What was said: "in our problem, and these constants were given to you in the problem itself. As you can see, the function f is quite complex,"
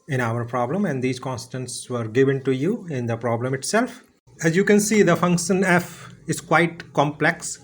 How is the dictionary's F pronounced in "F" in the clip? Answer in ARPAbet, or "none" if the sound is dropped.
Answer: F